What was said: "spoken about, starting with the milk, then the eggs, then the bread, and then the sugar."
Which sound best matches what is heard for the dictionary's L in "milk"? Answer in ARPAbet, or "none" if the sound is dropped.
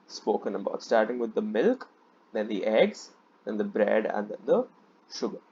L